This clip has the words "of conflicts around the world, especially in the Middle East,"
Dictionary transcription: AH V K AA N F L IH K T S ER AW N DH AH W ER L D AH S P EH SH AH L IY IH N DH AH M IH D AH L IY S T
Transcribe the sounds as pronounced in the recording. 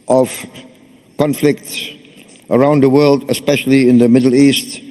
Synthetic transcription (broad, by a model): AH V K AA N F L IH K T S ER AW N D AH W ER L D AH S P EH SH AH L IY IH N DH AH M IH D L IY S T